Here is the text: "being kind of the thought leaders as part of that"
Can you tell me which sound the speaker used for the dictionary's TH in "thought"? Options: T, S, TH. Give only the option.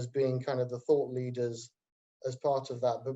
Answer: TH